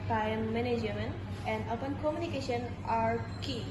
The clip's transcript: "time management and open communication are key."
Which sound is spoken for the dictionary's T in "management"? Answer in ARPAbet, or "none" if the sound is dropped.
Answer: none